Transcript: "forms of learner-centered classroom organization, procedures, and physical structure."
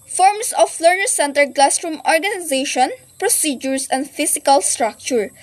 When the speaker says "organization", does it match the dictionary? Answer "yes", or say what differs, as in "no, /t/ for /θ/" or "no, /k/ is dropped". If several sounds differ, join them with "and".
yes